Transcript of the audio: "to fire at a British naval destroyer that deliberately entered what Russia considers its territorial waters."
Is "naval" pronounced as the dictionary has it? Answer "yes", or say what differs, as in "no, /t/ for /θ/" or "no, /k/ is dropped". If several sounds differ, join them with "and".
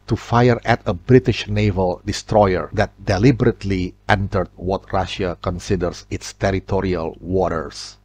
yes